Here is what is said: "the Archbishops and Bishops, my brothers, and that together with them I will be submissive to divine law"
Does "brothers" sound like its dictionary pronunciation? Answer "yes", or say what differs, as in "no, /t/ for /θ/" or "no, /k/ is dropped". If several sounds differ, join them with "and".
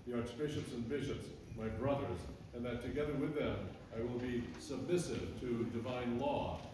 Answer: yes